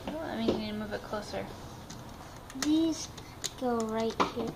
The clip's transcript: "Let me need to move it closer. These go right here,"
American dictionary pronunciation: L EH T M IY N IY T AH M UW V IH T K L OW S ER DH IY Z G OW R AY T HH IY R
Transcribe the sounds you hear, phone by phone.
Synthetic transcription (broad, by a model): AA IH M IY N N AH M UW V IH T K L OW S ER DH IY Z G OW R AY T HH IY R